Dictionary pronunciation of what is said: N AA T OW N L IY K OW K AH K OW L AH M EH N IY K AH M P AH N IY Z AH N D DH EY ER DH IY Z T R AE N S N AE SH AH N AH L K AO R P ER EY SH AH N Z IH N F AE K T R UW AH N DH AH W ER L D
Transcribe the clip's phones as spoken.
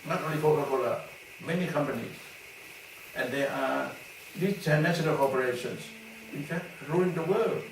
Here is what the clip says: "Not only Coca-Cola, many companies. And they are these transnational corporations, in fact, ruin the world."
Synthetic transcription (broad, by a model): N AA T OW N L IY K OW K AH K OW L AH M EH N IY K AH M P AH N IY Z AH N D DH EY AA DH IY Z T AE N N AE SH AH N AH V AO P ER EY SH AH N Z IH N F AE K T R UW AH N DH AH W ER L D